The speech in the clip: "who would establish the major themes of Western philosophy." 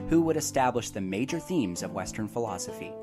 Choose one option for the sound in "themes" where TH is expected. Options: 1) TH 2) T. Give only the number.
1